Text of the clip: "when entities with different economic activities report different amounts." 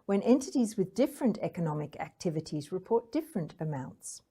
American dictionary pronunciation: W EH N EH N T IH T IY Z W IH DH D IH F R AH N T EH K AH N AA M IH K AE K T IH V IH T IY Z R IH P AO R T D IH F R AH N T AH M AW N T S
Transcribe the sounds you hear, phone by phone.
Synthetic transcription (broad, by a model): W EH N EH N T IH T IY Z W IH DH D IH F R AH N T EH K AH N AA M IH K AE K T IH V IH T IY Z R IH P AO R T D IH F R AH N T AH M AW N T S